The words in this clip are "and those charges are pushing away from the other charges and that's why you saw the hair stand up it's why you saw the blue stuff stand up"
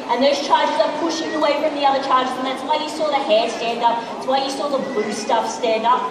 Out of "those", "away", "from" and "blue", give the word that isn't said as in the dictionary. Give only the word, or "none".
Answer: blue